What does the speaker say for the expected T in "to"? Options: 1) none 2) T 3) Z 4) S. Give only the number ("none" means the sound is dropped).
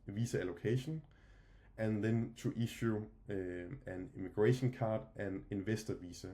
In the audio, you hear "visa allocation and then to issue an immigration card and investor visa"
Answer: 4